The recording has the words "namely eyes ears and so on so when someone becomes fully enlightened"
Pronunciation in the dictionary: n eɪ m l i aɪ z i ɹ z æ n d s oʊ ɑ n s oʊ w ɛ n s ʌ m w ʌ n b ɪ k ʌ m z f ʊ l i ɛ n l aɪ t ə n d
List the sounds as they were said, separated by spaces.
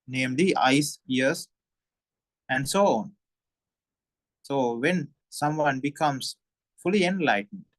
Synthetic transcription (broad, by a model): n eɪ m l i aɪ s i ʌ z æ n d s oʊ ɑ n s oʊ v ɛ n s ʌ m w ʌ n b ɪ k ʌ m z f ʊ l i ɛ n l aɪ t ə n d